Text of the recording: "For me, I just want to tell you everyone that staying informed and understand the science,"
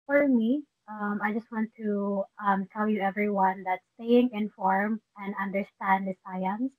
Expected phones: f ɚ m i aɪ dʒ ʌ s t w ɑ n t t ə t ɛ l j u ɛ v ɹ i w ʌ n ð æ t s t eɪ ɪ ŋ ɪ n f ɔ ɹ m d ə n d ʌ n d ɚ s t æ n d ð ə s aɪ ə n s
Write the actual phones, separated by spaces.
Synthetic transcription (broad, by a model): f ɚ m i aɪ dʒ ʌ s t w ɑ n t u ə t ɛ l j u ɛ v ɹ i w ʌ n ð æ t s t eɪ ɪ ŋ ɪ n f ɔ ɹ m ə n d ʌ n d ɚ s t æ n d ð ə s aɪ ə n s